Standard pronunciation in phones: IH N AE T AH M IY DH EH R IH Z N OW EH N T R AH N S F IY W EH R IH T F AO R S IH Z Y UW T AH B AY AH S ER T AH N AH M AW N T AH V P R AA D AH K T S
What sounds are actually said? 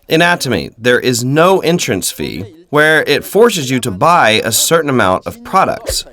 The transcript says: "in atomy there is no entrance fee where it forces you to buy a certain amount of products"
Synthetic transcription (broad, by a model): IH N AE T AH M IY DH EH R IH Z N OW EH N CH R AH N S F IY W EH R IH T F AO R S IH Z Y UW T AH B AY AH S ER T N AH M AW N T AH V P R AA D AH K T S